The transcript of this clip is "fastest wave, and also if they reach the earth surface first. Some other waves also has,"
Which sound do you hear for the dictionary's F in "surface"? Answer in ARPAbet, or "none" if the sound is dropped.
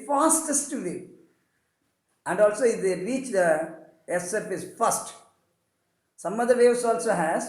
P